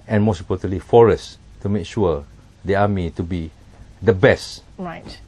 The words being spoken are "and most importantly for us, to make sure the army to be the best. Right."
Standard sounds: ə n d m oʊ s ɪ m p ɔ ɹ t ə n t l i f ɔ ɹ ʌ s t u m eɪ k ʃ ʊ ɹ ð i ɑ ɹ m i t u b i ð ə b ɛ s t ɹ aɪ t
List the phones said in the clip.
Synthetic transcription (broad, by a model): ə n m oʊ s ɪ p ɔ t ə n l i f ɔ ɹ ʌ s t u m eɪ k ʃ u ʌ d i ɑ m i t u b i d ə b ɛ s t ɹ aɪ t